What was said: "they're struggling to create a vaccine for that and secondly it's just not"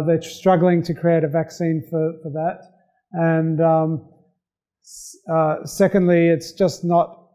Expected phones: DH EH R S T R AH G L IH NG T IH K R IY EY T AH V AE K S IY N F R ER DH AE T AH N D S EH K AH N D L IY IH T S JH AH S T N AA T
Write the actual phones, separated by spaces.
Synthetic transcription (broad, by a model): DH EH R S T R AH G L IH NG T IH K R IY EY T AH V AE K S IY N F R ER DH AE T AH N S S EH K AH N D L IY IH T S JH AH S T N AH T